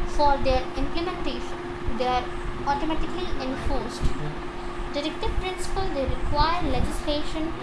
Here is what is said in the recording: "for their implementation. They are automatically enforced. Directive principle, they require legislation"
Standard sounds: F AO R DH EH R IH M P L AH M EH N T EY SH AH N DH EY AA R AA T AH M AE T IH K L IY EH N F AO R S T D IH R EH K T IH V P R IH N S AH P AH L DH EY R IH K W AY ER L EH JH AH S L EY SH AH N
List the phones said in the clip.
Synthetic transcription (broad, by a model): F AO R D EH R IH M P L AH M EH N T EY SH AH N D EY AA R AA T AH M AE T IH K L IY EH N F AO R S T D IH R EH K T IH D P R IH N S AH P AH L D EY R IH K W AY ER L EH JH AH S L EY SH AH N